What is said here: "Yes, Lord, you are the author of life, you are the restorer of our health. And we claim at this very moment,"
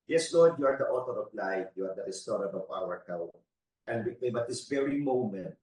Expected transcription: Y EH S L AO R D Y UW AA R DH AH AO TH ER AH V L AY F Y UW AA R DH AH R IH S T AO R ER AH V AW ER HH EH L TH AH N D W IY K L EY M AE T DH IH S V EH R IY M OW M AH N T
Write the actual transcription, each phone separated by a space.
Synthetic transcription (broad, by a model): Y EH S L AO R D Y UW AA R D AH AO T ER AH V L AY F Y UW AA R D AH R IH S T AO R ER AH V AW ER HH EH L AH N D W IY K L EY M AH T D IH S V EH R IY M OW M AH N T